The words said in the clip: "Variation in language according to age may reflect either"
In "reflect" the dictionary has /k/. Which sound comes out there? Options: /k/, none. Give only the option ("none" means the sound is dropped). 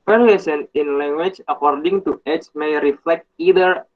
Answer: /k/